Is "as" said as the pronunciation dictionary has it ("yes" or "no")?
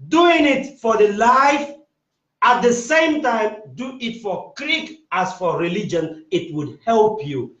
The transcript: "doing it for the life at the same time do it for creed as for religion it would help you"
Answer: no